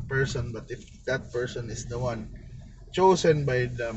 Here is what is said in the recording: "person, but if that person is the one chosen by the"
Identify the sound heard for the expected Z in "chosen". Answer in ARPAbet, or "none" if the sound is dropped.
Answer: S